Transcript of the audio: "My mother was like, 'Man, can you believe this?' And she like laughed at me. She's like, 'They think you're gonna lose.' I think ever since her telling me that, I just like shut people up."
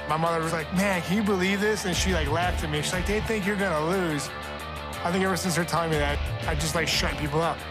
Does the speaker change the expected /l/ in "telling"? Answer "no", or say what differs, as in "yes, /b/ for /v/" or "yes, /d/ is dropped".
yes, /l/ is dropped